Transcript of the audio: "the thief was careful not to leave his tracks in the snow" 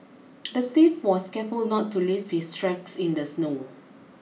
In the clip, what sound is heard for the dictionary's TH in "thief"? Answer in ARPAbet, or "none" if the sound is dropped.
S